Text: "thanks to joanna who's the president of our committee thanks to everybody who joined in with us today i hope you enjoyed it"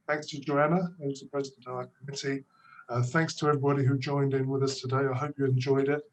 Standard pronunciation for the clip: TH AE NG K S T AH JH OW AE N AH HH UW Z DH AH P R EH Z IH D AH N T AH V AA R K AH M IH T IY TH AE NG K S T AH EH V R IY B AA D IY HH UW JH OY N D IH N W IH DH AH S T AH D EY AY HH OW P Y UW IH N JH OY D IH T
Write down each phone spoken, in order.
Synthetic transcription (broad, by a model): TH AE NG K S T AH JH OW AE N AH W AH Z DH AH P R EH Z IH D AH N T AH V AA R K AH M IH T IY TH AE NG K S T AH EH V R IY B AA D IY HH UW JH OY N D IH N W IH DH AH S T AH D EY AY HH OW P Y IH IH N JH OY D IH T